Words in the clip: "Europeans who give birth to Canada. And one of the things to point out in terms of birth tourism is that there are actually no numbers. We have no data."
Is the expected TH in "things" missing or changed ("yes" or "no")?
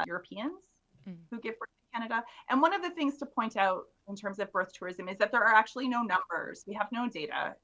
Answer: no